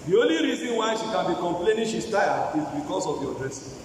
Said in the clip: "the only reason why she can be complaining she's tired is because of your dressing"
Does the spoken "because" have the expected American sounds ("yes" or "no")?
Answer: no